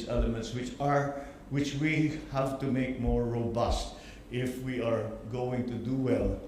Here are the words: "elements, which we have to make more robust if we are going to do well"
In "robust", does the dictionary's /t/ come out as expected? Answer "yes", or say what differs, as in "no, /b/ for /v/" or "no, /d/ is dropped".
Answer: yes